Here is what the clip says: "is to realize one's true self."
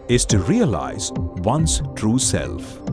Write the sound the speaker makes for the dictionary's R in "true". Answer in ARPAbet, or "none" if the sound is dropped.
R